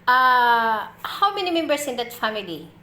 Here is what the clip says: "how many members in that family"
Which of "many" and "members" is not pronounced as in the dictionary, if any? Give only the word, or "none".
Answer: members